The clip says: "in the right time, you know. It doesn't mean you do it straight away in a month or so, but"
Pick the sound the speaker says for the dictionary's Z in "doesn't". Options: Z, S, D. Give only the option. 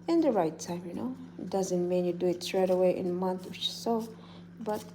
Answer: Z